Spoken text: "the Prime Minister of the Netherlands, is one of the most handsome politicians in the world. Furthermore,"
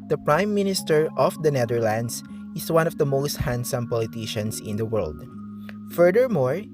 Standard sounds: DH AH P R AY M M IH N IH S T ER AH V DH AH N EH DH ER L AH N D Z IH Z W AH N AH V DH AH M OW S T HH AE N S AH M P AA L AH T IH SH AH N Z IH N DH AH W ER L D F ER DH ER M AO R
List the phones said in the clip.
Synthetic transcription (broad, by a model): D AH P R AY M M IH N IH S T ER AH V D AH N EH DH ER L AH N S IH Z W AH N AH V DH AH M OW S T HH AE N S AH M P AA L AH T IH SH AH N S IH N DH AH W ER L D F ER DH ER M AO R